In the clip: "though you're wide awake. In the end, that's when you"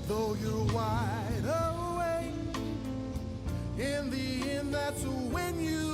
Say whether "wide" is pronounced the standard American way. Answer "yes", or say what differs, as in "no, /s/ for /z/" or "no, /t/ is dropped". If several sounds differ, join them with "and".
yes